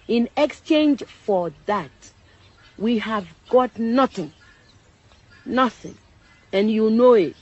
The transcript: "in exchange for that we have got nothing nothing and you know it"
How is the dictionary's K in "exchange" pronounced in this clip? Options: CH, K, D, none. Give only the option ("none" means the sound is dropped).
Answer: K